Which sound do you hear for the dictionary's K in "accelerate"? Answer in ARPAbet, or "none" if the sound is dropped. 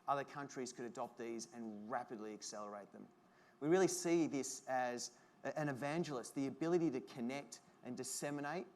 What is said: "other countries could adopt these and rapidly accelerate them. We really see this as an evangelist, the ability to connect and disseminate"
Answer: K